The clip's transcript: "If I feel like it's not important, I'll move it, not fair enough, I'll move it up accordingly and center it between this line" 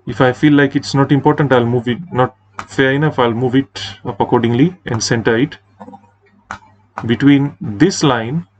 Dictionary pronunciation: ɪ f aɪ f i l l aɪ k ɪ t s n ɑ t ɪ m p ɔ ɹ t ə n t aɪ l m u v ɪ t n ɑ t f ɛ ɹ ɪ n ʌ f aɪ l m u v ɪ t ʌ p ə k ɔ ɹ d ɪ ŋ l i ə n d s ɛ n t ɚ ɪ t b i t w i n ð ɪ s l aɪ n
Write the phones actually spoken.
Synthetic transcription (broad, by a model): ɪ f aɪ f i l l aɪ k ɪ t s n ɑ t ɪ m p ɔ ɹ t ə n t aɪ l m u v ɪ t n ɑ t f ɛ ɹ ɪ n ʌ f aɪ l m u v ɪ t ʌ p ə k ɔ ɹ d ɪ ŋ l i ə n d s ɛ n t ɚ ɪ t b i t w i n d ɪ s l aɪ n